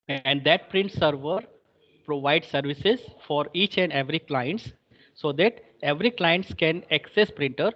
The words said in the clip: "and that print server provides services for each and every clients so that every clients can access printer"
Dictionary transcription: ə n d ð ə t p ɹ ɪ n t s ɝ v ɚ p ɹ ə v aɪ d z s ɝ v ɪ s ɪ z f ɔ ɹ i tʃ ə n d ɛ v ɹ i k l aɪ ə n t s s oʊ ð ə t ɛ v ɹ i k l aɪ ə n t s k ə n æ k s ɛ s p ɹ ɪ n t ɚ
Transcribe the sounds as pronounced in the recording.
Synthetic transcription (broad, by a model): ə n d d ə t p ɹ ɪ n t s ɝ v ɚ p ɹ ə v aɪ d s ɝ v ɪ s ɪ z f ɔ ɹ i tʃ ə n d ɛ v ɹ i k l aɪ ə n t s s oʊ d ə t ɛ v ɹ i k l aɪ ə n t s k ə n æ k s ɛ s p ɹ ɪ n t ɚ